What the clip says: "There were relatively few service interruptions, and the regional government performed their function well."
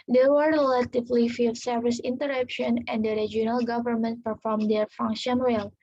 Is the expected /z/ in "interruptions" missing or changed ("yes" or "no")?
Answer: yes